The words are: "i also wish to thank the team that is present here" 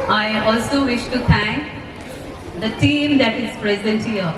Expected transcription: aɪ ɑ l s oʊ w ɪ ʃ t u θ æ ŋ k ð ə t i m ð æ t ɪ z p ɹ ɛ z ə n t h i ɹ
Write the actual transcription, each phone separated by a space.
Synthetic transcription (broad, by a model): aɪ ɑ l s oʊ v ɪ ʃ t u t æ ŋ k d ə t i m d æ t ɪ z p ɹ ɛ z ə n t h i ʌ